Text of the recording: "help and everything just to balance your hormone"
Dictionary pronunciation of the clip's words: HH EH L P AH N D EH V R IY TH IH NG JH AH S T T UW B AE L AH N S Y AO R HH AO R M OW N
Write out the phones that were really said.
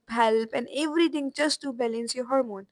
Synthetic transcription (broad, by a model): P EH L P AH N D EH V R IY T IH NG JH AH S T T UW B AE L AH N S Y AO HH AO R M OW N